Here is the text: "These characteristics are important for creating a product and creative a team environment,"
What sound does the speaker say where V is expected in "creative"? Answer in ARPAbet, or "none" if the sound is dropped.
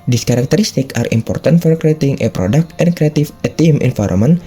F